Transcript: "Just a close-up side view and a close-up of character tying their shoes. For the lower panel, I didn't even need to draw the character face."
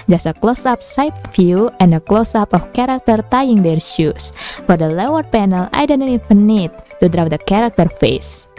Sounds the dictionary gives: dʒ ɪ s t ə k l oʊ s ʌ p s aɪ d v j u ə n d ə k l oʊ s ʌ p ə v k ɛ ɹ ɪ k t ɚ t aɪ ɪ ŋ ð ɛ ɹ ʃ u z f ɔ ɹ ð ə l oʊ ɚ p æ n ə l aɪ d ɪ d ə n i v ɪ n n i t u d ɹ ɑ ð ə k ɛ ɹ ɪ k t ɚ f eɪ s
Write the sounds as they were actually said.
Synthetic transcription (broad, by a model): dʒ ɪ s ə k l oʊ s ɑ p s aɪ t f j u ə n d ə k l oʊ s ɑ p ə f k ɛ ɹ ɪ k t ɚ t aɪ ɪ ŋ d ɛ ɹ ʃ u s f ɔ ɹ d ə l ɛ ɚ p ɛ n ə l aɪ d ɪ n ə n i f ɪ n n i t u d ɹ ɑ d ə k ɛ ɹ ɪ k t ɚ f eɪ s